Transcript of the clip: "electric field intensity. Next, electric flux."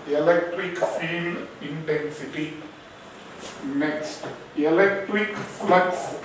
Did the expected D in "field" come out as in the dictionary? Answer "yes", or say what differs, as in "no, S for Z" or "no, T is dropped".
no, D is dropped